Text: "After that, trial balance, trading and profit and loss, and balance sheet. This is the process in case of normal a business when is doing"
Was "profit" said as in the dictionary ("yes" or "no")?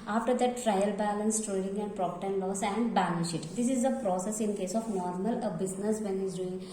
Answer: no